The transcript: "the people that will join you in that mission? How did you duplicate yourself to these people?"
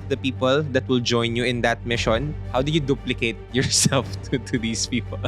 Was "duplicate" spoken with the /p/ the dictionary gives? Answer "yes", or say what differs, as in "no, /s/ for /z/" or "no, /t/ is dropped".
yes